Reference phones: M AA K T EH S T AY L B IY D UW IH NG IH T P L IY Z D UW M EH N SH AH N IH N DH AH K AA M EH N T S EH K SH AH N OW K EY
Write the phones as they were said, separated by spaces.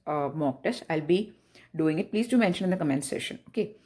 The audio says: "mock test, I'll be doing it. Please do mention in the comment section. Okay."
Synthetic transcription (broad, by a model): M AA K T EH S AY L B IY D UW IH NG IH T P L IY Z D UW M EH N SH AH N IH N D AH K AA M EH N S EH SH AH N OW K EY